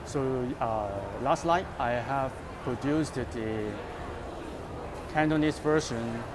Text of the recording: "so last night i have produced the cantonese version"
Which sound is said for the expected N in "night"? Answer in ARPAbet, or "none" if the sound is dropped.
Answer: L